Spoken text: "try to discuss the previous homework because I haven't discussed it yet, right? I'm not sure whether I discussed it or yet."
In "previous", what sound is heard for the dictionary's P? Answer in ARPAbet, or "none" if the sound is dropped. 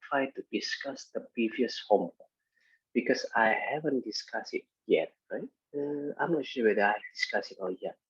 P